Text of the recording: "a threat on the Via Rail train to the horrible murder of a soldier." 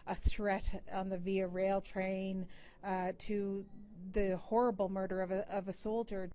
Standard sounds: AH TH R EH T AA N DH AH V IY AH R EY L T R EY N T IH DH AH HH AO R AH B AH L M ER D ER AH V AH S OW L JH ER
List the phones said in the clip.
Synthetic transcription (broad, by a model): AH TH R EH T N DH AH V IY AH R EY L T R EY N T IH DH AH HH AO R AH B L M ER D ER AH V AH S OW L JH ER